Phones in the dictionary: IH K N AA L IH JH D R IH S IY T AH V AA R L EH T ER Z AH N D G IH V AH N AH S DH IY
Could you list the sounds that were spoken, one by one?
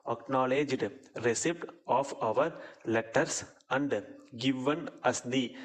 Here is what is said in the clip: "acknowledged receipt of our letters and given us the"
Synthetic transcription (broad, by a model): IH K N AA L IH JH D R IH S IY T AH V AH R L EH T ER S AH N D G IH V AH N AH S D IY